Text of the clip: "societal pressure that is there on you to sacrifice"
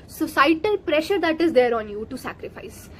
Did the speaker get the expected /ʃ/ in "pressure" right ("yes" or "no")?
yes